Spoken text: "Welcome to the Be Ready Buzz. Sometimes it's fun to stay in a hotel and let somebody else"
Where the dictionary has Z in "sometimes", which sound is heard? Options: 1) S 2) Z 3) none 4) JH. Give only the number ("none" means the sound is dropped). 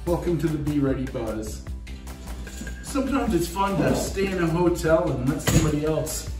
2